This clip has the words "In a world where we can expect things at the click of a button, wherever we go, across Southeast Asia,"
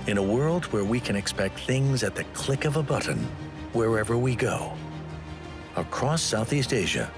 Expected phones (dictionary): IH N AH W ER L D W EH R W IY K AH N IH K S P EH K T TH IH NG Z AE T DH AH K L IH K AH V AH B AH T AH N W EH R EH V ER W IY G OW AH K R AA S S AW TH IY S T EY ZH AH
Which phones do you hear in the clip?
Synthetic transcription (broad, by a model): IH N AH W ER L D W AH R W IY K AH N IH K S P EH K T TH IH NG Z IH T DH AH K L IH K AH V AH B AH T N W EH R EH V ER W IY G OW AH K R AA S S AW TH IY S T EY ZH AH